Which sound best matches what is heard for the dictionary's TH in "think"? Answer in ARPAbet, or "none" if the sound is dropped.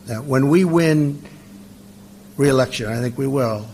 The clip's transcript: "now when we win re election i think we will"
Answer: TH